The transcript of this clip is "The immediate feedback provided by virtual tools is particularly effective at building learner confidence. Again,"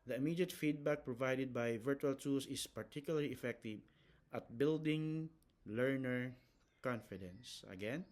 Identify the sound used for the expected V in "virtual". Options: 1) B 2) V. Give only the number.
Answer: 2